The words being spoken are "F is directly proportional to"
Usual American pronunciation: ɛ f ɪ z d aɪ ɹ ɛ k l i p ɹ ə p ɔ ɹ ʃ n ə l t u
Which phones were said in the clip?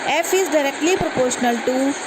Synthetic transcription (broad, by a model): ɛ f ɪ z d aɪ ɹ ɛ k l i p ɹ ə p ɔ ɹ ʃ n ə l t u